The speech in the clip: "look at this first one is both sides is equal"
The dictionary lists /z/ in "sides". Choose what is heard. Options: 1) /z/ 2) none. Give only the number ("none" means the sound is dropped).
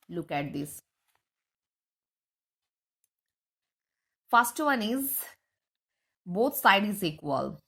2